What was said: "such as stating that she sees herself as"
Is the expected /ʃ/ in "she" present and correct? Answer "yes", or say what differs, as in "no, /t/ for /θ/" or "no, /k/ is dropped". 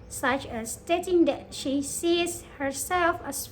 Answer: yes